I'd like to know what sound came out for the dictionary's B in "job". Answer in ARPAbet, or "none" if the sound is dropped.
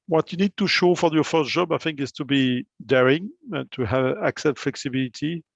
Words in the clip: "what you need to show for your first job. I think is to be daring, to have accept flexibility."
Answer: B